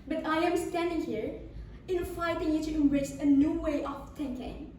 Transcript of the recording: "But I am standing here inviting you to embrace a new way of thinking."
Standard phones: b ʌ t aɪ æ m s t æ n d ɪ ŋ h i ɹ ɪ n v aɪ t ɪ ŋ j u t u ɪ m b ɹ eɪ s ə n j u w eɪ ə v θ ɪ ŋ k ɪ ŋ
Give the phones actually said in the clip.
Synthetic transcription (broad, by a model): b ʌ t aɪ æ m s t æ n d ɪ ŋ h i ɹ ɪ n f aɪ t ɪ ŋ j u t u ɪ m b ɹ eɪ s ə n j u w eɪ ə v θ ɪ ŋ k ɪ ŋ